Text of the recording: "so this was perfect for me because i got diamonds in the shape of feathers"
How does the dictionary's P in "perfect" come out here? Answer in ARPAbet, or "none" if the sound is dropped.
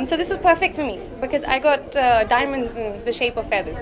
P